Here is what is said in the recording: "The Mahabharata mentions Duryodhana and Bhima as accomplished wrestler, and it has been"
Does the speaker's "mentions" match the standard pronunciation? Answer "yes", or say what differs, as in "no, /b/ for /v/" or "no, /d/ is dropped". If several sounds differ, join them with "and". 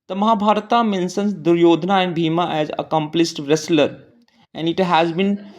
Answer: no, /s/ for /ʃ/